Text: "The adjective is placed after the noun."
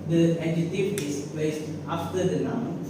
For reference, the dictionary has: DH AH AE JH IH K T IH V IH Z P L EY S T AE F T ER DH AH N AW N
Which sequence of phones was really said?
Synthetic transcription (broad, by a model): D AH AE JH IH T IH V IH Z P L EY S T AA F T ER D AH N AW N